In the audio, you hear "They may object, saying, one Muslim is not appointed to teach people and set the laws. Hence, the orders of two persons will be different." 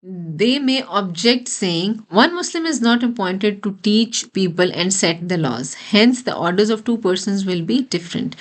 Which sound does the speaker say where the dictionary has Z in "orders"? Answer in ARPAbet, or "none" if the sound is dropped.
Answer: Z